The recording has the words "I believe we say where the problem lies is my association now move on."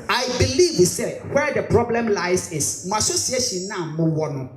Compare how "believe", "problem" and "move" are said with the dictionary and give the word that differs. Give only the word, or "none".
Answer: move